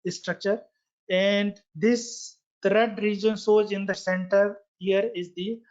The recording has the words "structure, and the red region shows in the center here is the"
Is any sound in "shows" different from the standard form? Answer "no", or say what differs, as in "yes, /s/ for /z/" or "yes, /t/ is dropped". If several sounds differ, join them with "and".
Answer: yes, /s/ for /ʃ/